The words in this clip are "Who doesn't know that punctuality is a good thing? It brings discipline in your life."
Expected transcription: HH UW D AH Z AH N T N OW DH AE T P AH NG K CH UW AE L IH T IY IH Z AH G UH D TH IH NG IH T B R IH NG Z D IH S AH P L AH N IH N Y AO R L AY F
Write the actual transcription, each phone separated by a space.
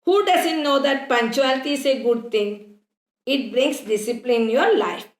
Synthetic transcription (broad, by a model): HH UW D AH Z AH N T N OW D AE T P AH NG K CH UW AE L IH T IY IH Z AH G UH D T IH NG IH T B R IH NG S D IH S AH P L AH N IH N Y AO R L AY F